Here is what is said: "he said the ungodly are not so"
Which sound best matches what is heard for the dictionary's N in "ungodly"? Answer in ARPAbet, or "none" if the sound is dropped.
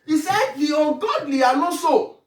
none